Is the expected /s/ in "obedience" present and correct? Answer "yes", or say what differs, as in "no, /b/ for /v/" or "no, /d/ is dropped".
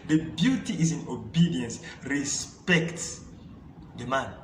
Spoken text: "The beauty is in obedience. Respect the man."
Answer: yes